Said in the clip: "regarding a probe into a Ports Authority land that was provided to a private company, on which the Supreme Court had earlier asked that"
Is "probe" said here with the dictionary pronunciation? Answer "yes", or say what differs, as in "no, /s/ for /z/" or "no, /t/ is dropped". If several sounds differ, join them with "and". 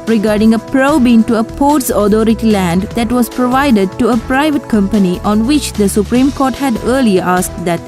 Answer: yes